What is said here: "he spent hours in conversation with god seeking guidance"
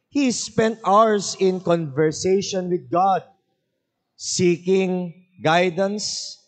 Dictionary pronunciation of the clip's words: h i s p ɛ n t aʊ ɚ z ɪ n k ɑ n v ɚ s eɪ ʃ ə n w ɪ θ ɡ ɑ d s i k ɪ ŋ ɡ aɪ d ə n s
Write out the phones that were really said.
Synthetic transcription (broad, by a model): h i s p ɛ n t aʊ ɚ s ɪ n k ɑ n v ɚ s eɪ ʃ ə n w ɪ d ɡ ɑ d s i k ɪ ŋ ɡ aɪ d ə n s